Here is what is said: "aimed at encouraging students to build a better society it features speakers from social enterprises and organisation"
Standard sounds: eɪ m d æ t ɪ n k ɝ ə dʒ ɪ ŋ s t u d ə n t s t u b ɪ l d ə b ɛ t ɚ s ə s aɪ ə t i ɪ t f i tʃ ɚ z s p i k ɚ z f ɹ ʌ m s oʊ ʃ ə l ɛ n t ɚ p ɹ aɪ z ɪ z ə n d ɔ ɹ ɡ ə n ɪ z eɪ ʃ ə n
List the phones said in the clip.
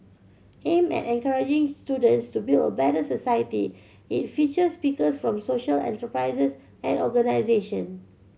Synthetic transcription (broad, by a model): eɪ m ɛ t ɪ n k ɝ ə dʒ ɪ ŋ s t u d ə n t s t u b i l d ə b ɛ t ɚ s ə s aɪ ə t i ɪ t f i tʃ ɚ s p i k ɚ s f ɹ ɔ m s oʊ ʃ ə l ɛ n t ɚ p ɹ aɪ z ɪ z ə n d ɔ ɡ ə n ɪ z eɪ ʃ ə n